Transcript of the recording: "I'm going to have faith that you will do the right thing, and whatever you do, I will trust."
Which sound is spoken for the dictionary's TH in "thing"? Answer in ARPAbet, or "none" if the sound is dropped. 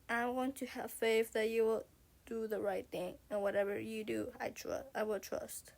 TH